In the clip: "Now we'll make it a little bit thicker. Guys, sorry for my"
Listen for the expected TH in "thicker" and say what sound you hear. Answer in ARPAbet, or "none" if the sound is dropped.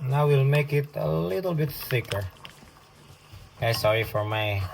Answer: S